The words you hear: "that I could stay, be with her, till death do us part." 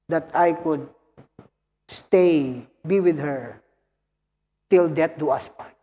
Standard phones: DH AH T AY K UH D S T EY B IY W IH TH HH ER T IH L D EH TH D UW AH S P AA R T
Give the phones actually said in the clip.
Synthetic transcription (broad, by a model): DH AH T AY K UH D S T EY B IY W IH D HH ER T IH L D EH T D UW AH S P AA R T